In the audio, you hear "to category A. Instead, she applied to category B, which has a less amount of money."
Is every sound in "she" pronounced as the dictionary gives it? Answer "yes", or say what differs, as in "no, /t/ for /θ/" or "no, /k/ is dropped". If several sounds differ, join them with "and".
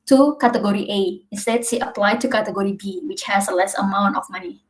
no, /s/ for /ʃ/